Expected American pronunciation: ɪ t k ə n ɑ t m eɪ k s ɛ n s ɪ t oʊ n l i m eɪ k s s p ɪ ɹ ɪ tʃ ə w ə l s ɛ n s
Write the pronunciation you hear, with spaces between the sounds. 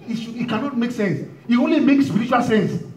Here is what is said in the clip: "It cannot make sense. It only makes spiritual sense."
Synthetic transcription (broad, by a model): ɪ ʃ k ə n ɑ t m eɪ k s ɛ n s ɪ t oʊ n l i m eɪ k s s p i ɹ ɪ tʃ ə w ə l s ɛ n s